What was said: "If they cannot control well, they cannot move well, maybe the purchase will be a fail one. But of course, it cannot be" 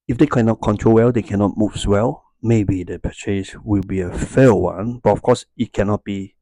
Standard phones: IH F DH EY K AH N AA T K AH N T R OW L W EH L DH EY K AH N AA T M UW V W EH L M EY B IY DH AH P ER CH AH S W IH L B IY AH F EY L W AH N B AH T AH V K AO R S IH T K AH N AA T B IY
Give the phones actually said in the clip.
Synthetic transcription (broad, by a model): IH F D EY K AH N AA T K AH N T R OW L W EH L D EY K AH N AA T M UW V W EH L M EY B IY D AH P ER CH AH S W IH L B IY AH F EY W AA N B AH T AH F K AO S IH T K AH N AA T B IY